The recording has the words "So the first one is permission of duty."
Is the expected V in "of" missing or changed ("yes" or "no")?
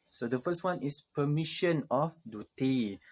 yes